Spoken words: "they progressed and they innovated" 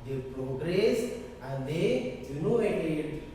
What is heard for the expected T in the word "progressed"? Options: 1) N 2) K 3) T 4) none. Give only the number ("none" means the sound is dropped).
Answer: 4